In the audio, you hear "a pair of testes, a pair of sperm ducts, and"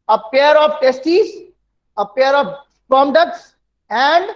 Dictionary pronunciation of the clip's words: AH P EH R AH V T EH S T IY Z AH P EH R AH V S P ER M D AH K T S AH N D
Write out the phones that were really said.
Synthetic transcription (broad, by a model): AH P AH R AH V T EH S T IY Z AH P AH R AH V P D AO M D AH K T S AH N D